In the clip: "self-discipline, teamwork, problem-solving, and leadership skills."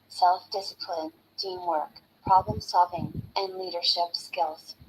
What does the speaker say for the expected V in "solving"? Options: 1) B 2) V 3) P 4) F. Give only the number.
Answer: 2